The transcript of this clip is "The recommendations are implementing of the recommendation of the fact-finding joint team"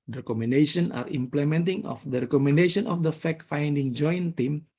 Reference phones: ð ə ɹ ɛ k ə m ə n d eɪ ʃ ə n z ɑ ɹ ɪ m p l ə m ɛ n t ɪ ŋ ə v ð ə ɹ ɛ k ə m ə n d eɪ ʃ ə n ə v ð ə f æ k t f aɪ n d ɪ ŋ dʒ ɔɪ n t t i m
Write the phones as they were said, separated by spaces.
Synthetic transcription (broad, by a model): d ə ɹ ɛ k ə m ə n d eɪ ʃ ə n ɑ ɹ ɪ m p l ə m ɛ n t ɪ ŋ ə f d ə ɹ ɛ k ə m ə n d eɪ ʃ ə n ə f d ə f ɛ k f aɪ n d ɪ ŋ dʒ ɔɪ n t t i m